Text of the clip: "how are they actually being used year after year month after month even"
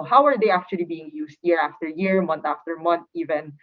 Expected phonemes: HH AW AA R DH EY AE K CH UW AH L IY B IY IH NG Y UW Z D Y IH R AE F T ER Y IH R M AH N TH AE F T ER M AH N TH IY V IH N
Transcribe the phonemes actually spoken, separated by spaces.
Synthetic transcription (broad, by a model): HH AW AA R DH EY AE K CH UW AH L IY B IY IH NG Y UW S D Y IH R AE F T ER Y IH R M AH N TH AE F T ER M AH N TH IY V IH N